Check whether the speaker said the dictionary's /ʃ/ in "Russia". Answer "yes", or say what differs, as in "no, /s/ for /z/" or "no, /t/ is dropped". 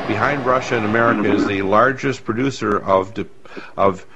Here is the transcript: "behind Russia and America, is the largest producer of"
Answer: yes